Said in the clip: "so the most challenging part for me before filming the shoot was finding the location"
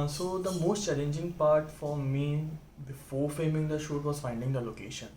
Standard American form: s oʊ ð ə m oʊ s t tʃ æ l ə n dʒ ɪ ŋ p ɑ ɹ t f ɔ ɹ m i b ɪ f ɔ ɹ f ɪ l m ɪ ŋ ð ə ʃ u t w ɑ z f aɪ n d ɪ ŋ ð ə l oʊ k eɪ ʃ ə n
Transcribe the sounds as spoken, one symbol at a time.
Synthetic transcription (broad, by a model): s oʊ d ə m oʊ s t tʃ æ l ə n dʒ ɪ ŋ p ɑ ɹ t f ɔ ɹ m i b ɪ f ɔ ɹ f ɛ m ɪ ŋ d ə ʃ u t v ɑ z f aɪ n d ɪ ŋ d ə l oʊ k eɪ ʃ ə n